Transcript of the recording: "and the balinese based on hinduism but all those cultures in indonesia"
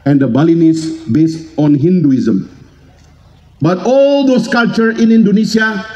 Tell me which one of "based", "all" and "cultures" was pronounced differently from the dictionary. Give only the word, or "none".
cultures